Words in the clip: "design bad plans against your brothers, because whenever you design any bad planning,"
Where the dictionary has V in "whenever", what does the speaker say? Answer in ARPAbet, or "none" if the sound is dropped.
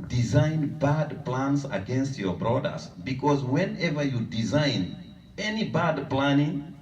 V